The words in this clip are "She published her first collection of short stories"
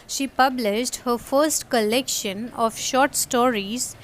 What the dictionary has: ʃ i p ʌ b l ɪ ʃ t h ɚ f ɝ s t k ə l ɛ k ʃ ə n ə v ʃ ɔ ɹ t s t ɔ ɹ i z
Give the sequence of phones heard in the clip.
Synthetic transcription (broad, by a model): ʃ i p ʌ b l ɪ ʃ t h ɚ f ɝ s t k ə l ɛ k ʃ ə n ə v ʃ ɔ ɹ t s t ɔ ɹ i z